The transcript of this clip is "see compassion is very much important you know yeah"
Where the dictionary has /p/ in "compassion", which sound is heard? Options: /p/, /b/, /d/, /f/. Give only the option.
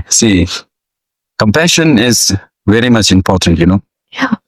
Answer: /p/